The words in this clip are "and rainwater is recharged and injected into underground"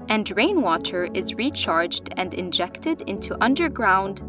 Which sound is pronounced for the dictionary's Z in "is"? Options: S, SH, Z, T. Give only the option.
Z